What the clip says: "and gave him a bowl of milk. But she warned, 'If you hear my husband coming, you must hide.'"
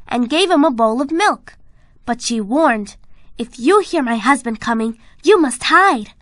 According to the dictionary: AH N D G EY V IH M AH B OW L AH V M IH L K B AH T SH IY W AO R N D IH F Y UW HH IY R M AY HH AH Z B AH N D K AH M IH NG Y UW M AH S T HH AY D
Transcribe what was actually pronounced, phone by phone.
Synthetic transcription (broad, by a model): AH N G EY V IH M AH B OW L AH V M IH L K B AH T SH IY W AO R N D IH F Y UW HH IY R M AY HH AH Z B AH N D K AH M IH NG Y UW M AH S T HH AY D